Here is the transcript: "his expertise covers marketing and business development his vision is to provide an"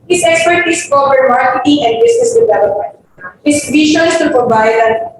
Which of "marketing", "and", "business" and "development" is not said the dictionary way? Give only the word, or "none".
business